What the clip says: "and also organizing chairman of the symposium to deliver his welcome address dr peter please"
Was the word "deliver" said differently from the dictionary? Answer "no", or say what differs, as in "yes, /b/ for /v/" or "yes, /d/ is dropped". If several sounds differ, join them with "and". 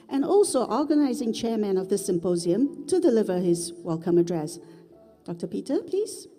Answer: no